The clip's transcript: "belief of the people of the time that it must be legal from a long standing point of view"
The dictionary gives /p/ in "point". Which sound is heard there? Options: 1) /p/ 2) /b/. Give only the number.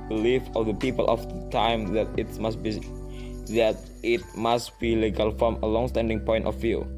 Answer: 1